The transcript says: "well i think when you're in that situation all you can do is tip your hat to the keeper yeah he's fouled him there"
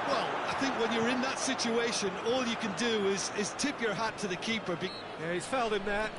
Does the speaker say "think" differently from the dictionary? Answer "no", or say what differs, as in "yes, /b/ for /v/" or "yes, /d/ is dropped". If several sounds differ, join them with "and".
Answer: no